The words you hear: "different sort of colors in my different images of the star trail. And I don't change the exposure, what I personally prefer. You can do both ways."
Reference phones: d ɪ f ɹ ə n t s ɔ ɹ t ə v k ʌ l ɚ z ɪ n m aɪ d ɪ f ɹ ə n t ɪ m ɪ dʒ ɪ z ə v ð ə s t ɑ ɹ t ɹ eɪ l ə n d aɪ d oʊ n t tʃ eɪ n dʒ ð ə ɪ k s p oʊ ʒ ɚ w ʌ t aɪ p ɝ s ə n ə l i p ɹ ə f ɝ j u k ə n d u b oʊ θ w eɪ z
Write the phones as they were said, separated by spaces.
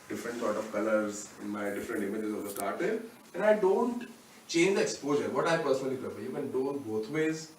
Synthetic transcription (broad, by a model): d ɪ f ɹ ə n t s ɔ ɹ t ə v k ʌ l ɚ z ɪ n m aɪ d ɪ f ɹ ə n t ɪ m ɪ dʒ ɪ z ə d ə s t ɑ ɹ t eɪ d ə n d aɪ d oʊ n t tʃ eɪ n dʒ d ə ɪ k s p oʊ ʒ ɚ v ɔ t aɪ p ɝ s ə n ə l i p ɹ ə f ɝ j u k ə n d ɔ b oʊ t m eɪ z